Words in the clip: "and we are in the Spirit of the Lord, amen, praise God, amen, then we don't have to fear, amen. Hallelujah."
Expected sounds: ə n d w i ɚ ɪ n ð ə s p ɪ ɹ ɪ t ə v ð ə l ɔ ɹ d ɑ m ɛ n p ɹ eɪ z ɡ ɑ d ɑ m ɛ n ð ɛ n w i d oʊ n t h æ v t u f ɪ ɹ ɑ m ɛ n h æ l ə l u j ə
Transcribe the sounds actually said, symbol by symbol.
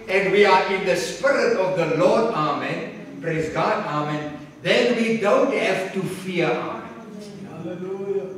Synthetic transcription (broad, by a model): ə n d w i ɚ ɪ n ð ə s p ɪ ɹ ɪ t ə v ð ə l ɔ d ɑ m ɛ n p ɹ eɪ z ɡ ɑ d ɑ m ɛ n ð ɛ n w i d oʊ n t h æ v t u f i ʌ ɑ m ɛ n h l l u j